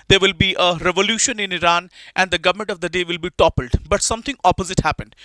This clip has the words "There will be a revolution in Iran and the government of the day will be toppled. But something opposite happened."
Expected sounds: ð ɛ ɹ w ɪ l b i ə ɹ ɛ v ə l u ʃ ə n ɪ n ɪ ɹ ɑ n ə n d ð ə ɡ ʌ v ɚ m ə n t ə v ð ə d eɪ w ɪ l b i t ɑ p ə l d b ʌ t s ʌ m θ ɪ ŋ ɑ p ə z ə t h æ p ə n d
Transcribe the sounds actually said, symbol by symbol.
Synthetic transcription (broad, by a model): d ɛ ɹ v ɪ l b i ə ɹ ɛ v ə l u ʃ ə n ɪ n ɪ ɹ ɑ n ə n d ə ɡ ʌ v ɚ m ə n t ə v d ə d eɪ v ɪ l b i t ɑ p ə l d b ʌ t s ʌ m t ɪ ŋ ɑ p ə z ə t h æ p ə n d